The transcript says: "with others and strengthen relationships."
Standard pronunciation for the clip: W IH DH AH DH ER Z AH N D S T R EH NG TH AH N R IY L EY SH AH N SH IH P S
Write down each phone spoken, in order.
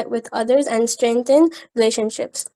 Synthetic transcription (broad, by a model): W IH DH AH DH ER Z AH N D S T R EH NG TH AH N R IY L EY SH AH N SH IH P S